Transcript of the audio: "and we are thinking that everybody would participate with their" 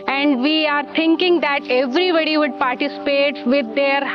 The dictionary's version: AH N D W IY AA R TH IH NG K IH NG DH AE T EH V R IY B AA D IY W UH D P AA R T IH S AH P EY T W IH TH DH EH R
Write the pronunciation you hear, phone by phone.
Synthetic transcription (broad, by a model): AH N D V IY AA R T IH NG K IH NG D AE T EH V R IY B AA D IY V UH D P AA R T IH S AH P EY T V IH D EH R